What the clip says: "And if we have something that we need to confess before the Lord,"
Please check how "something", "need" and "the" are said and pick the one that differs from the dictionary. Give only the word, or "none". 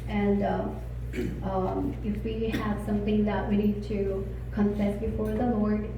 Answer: none